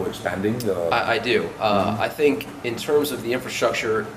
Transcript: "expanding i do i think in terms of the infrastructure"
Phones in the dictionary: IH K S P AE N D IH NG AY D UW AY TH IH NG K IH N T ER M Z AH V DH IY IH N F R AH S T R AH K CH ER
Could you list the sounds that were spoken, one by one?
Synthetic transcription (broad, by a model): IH K S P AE N D IH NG AY D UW AY TH IH NG K IH N T ER M Z AH V DH IY IH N F R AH S T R AH K CH ER